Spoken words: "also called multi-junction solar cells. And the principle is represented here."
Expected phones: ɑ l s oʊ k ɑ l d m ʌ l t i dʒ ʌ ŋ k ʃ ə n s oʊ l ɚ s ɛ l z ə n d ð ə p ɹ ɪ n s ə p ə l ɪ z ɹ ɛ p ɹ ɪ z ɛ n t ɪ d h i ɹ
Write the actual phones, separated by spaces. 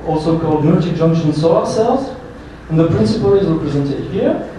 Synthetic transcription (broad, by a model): ɑ l s oʊ k ɑ l d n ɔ t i dʒ ʌ ŋ k ʃ ə n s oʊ ɚ s ɛ l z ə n ð ə p ɹ ɪ n s ə p ə l ɪ z ɹ ɛ p ɹ ɪ z ɛ n t ɪ d h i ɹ